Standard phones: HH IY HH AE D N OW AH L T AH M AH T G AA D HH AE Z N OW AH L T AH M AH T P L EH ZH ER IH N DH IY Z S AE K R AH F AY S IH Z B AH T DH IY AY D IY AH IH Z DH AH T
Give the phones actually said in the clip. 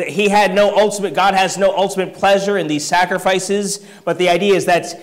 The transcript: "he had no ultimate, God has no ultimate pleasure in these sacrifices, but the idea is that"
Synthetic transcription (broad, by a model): HH IY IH D N OW AH L T AH M AH T G AA D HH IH Z N OW AH L T AH M AH T P L EH ZH ER IH N DH IY Z S AE K R AH F AY S IH Z B AH T DH IY AY D IY AH IH Z DH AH T